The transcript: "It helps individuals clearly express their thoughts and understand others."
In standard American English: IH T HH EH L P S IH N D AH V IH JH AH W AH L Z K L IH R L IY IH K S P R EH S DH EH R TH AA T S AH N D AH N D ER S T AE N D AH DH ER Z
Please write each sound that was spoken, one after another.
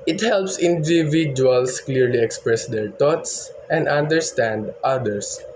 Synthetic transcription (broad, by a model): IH T HH EH L P S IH N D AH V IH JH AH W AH L S K L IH R L IY IH K S P R EH S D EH R T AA T S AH N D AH N D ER S T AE N D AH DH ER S